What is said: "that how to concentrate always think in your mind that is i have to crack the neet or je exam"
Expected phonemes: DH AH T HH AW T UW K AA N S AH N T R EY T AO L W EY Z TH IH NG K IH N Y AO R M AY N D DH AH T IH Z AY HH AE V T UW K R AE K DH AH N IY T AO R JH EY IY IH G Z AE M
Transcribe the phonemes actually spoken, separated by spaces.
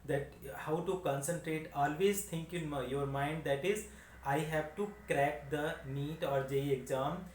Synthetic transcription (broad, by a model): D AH T HH AW T UW K AA N S AH N T R EY T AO L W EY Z T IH NG K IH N Y AO R M AY N D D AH T IH Z AY HH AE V T UW K R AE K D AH N IY T AO R JH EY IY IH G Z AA M